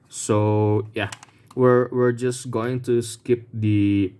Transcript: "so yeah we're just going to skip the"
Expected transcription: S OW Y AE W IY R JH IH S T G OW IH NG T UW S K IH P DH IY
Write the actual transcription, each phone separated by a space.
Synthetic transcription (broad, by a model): S OW Y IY W IY R JH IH S G OW IH NG T UW S K IH P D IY